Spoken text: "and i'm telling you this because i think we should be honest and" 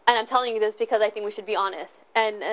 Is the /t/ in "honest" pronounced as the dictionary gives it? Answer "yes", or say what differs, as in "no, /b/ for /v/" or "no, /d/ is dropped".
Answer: yes